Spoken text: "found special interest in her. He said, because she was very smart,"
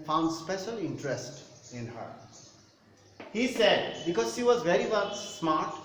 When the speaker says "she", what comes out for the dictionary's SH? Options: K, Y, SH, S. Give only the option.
SH